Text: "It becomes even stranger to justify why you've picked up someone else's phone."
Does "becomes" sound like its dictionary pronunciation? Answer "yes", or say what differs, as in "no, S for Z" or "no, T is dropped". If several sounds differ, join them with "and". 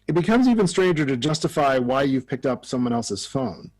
yes